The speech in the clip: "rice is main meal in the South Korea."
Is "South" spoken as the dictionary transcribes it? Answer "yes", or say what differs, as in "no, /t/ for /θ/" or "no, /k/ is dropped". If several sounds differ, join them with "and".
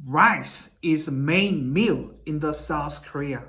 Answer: yes